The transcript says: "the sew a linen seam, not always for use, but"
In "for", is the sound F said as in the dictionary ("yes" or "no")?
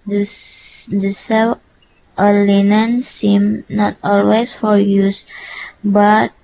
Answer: yes